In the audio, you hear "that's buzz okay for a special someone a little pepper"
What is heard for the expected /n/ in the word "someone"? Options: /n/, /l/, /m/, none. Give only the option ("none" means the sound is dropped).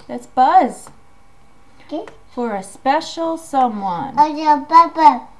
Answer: /n/